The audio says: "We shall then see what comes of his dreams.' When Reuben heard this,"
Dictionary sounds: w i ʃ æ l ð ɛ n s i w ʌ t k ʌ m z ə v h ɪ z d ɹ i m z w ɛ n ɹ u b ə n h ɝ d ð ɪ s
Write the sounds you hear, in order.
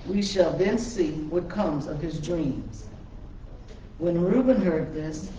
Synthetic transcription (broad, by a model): w i ʃ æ l ð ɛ n s i w ʌ t k ʌ m z ə v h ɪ z d ɹ i m z w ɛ n ɹ u b ə n h ɝ d ð ɪ s